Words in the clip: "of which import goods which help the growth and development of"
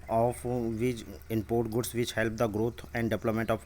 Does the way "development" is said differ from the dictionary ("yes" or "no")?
yes